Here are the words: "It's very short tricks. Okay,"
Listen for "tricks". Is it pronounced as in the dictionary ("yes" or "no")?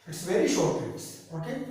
no